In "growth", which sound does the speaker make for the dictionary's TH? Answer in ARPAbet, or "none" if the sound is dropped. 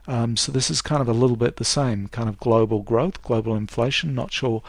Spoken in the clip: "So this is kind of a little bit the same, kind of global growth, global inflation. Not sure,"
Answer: TH